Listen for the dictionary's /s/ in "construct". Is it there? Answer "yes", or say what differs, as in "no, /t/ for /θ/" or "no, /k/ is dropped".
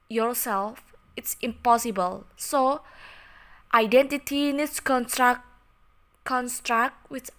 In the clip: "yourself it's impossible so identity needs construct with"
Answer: yes